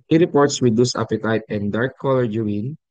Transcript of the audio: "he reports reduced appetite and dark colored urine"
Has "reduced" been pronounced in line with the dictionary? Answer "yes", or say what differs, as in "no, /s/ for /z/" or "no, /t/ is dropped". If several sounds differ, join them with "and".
no, /w/ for /ɹ/